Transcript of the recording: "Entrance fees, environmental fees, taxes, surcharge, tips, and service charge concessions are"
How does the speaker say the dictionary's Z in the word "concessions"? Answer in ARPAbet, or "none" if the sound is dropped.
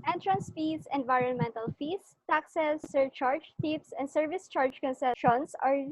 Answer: S